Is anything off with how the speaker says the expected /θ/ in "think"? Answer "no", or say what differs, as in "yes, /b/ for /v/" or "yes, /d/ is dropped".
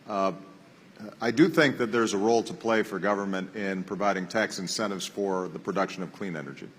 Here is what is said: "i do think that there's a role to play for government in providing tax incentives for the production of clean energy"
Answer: no